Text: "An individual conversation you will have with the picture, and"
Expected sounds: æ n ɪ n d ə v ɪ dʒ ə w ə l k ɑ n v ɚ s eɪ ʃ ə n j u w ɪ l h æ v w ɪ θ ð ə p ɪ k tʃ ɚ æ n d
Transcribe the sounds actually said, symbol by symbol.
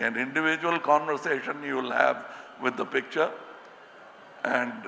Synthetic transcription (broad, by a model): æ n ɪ n d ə v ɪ dʒ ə ə l k ɑ n v ɚ s eɪ ʃ ə n j u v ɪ l h æ v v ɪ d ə p ɪ k tʃ ɚ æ n d